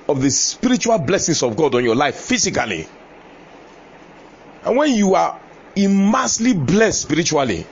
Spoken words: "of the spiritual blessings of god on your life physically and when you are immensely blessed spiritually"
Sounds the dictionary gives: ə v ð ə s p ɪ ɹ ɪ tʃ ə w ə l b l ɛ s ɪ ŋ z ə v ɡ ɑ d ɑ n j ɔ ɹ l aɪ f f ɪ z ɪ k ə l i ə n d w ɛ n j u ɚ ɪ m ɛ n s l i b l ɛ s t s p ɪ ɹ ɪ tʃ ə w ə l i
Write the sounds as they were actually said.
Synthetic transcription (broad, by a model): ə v ð ə s p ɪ ɹ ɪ tʃ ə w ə l b l ɛ s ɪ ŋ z ə v ɡ ɑ d ɑ n j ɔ l aɪ f f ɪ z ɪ k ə l i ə n w ɛ n j u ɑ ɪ m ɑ s l i b l ɛ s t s p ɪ ɹ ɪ tʃ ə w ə l i